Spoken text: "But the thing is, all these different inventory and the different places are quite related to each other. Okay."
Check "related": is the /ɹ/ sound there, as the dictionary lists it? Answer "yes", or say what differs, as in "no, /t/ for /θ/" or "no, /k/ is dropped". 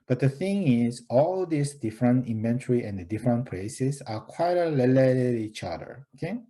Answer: no, /l/ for /ɹ/